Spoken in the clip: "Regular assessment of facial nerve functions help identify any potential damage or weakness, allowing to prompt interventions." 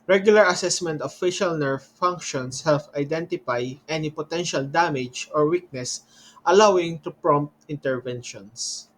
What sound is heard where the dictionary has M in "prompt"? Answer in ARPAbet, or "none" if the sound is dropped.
M